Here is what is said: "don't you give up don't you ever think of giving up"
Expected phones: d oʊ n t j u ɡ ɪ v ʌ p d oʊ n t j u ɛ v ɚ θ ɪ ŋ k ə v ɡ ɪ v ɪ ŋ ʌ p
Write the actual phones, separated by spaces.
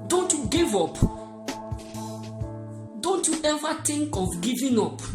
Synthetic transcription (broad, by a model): d oʊ n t j u ɡ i v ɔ p d oʊ n t j u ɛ v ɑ t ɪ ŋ k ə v ɡ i v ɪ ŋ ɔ p